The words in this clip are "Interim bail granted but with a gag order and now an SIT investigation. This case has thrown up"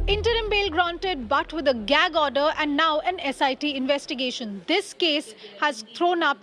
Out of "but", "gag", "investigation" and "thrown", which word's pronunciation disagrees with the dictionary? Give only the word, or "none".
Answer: thrown